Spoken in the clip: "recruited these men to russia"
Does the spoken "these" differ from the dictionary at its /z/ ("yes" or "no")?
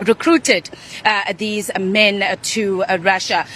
no